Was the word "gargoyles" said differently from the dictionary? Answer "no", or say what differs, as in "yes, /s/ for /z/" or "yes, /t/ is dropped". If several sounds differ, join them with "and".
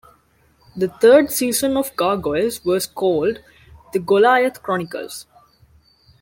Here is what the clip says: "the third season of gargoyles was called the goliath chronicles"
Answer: yes, /l/ is dropped